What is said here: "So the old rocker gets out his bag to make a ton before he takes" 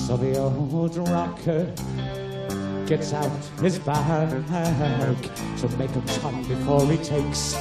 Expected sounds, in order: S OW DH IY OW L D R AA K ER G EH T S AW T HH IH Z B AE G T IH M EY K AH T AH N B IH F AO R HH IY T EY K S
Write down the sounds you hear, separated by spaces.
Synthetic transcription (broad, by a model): S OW DH IY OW D R AA K ER G EH T S AW T HH IH Z B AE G T IH M EY K AH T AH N B IH F AO R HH IY T EY K S